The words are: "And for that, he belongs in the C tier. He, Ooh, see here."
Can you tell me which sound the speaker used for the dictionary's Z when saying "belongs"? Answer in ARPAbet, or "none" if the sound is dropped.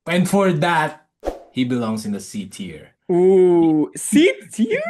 S